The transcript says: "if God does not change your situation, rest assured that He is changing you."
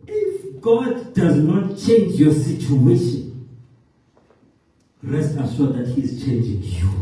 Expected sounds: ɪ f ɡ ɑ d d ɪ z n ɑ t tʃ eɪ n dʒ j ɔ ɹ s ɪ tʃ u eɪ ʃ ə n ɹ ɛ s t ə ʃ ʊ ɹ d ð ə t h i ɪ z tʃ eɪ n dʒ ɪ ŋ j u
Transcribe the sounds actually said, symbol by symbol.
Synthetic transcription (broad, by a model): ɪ f ɡ ɑ d d ɪ z n ɑ t tʃ eɪ n dʒ j ɔ s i tʃ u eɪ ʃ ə n ɹ ɛ s t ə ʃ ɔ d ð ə t h i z tʃ eɪ n dʒ ɪ ŋ j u